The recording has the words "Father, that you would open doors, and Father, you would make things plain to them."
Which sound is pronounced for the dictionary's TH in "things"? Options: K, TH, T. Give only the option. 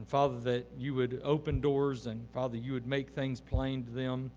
TH